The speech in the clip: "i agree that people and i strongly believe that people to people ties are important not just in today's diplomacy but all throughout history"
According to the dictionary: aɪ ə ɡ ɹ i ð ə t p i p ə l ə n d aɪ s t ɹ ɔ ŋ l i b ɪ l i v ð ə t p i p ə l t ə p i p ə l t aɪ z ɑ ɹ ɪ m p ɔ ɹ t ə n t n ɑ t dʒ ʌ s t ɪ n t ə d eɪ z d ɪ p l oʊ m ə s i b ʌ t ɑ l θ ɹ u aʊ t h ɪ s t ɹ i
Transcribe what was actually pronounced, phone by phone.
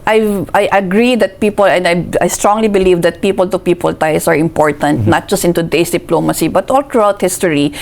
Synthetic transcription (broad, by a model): aɪ ə ɡ ɹ i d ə t p i p ə l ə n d aɪ s t ɹ ɔ ŋ l i b ɪ l i v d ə t p i p ə l t ə p i p ə l t aɪ s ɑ ɹ ɪ m p ɔ ɹ t ə n t n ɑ t dʒ ʌ s t ɪ n t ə d eɪ s d ɪ p l oʊ m ə s i b ʌ t ɑ l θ ɹ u aʊ t h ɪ s t ɹ i